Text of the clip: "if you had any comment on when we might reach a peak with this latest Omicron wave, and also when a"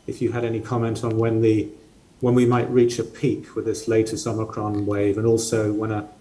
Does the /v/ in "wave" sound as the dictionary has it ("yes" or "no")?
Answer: yes